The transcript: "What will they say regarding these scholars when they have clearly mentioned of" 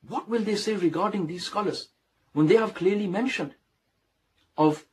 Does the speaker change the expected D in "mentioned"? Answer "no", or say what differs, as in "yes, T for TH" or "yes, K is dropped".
no